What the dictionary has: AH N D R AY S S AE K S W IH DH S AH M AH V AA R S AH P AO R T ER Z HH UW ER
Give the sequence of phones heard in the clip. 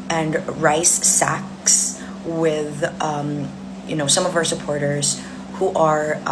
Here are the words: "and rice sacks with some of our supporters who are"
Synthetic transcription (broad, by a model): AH N R AY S S AE K S W IH DH S AH M AH V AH R S AH P AO R T ER Z HH UW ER